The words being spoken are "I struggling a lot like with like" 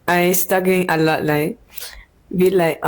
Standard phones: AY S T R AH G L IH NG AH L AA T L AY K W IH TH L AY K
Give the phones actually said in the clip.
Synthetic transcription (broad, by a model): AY S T AH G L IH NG AH L AA T L AY K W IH L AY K